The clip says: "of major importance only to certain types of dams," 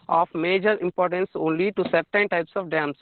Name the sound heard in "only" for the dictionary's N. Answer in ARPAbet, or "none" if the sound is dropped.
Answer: N